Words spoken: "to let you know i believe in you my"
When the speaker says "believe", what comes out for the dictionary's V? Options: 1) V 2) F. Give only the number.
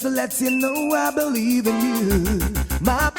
1